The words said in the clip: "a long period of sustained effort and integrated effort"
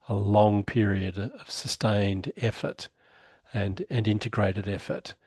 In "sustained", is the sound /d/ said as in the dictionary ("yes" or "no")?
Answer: yes